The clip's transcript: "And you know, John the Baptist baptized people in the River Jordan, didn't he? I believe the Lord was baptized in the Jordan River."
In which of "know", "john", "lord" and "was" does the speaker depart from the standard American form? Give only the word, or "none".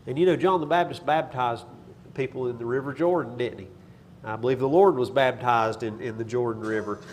none